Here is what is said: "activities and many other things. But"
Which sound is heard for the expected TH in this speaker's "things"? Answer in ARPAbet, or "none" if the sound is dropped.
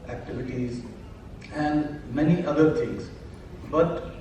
T